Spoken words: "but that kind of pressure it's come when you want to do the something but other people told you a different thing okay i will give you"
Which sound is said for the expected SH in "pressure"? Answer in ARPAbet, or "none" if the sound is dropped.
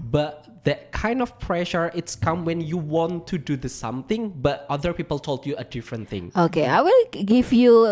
SH